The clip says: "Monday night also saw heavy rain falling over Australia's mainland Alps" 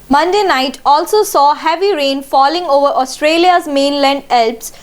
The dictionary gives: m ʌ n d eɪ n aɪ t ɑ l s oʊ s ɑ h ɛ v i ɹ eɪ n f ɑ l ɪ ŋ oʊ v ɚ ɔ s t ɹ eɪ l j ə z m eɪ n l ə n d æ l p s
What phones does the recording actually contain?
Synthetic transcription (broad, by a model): m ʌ n d eɪ n aɪ t ɑ l s oʊ s ɑ h ɛ v i ɹ eɪ n f ɑ l ɪ ŋ oʊ v ɚ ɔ s t ɹ eɪ l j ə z m eɪ n l ə n d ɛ l p s